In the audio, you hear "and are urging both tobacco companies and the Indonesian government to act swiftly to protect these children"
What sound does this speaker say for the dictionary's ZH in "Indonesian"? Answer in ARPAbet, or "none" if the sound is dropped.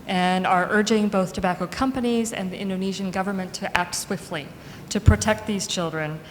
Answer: ZH